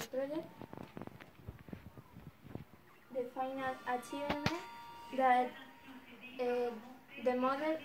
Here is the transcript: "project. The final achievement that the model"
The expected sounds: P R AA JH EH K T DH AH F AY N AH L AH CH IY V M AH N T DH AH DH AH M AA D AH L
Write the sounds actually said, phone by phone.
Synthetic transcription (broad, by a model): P R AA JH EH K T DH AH F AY N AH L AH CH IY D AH T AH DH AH M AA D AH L